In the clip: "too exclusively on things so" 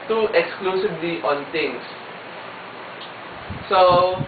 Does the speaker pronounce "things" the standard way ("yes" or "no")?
no